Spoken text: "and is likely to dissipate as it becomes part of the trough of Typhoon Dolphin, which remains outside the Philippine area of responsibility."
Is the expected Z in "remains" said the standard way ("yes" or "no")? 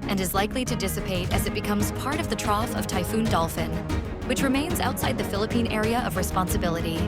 yes